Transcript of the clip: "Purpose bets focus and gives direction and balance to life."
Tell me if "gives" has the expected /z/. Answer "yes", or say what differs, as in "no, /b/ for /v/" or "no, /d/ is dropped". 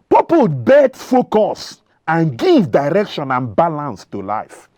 no, /z/ is dropped